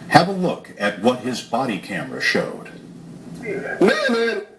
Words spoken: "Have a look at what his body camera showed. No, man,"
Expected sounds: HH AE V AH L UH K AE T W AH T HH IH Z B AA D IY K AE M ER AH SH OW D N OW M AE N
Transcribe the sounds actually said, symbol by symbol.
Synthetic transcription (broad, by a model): HH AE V AH L UH K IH T W AH T HH IH Z B AA D IY K AE M ER AH SH OW D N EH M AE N